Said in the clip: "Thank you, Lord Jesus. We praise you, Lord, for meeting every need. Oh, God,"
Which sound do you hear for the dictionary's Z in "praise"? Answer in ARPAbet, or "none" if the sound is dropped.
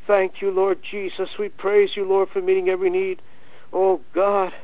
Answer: Z